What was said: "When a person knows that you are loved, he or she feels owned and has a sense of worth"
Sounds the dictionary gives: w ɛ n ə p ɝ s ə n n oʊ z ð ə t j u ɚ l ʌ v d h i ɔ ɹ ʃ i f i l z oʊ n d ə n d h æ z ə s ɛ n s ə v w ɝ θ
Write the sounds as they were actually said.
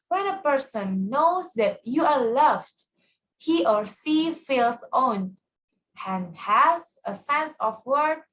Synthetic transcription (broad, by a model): w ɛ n ə p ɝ s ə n n oʊ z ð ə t j u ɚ l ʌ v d h i ɔ ɹ s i f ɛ l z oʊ n ə n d h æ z ə s ɛ n s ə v w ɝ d